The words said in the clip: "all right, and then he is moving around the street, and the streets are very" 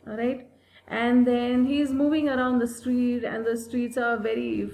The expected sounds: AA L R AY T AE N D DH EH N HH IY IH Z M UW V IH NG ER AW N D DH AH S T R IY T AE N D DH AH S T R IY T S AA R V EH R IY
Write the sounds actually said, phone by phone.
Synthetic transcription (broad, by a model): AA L R AY T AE N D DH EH N HH IY IH Z M UW V IH NG ER AW N D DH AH S T R IY T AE N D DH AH S T R IY T S AA R V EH R IY